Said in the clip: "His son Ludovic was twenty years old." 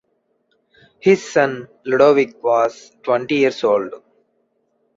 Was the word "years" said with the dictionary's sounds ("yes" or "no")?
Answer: no